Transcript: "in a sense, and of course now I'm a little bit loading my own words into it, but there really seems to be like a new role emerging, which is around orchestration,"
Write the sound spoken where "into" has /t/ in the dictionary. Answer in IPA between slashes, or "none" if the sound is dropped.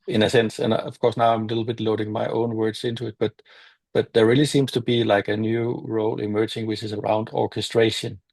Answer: /t/